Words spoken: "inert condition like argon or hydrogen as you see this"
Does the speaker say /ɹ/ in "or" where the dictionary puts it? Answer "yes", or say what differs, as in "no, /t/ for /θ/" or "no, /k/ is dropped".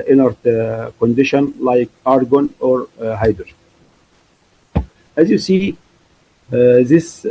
yes